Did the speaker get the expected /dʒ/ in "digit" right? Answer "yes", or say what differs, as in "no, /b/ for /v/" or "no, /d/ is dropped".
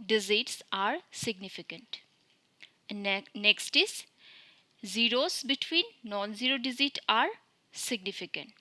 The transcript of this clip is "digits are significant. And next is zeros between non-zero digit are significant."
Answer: no, /z/ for /dʒ/